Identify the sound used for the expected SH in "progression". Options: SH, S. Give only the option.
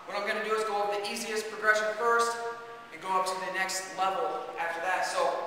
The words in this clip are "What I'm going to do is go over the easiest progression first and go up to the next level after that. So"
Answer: SH